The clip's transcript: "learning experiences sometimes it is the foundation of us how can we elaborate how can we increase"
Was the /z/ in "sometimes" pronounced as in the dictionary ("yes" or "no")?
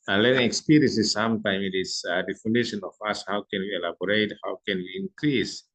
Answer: no